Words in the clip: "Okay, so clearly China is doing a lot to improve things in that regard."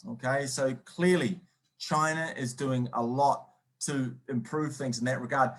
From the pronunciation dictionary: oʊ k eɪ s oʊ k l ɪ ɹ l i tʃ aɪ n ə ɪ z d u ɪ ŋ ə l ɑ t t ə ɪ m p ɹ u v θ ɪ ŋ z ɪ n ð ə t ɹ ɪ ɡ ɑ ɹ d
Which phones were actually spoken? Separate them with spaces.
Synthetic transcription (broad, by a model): oʊ k eɪ s oʊ k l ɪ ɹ l i tʃ aɪ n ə ɪ z d u ɪ ŋ ə l ɑ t t ə ɪ m p ɹ u v θ ɪ ŋ z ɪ n ð ə t ɹ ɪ ɡ ɑ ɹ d